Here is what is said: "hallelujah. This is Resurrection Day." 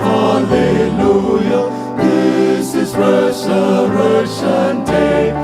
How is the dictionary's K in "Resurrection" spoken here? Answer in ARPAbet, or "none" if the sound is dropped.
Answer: none